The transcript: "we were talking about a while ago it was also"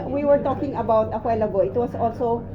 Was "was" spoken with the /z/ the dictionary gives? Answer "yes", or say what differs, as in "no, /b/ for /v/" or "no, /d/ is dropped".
no, /s/ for /z/